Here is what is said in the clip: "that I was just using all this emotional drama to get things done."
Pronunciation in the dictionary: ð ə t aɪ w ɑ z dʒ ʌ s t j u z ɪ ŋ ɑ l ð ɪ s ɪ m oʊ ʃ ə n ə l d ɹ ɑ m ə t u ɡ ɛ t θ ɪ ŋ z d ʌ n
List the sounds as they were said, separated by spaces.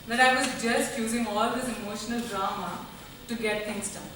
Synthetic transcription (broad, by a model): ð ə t aɪ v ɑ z dʒ ʌ s t j u z ɪ ŋ ɑ l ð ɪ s ɪ m oʊ ʃ ə n ə l d ɹ ɑ m ə t u ɡ ɛ t t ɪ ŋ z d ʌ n